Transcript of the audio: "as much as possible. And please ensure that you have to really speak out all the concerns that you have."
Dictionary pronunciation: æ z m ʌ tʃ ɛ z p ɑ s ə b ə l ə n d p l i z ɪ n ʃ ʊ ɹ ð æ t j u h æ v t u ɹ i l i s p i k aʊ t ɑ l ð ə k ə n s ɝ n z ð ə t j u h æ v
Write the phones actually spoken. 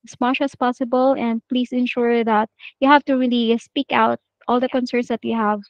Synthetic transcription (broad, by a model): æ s m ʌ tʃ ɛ s p ɑ s ə b ə l ə n d p l i s ɪ n ʃ ʊ ɹ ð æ t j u h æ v t u ɹ i l i s p i k aʊ t ɑ l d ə k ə n s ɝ n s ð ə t j u h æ v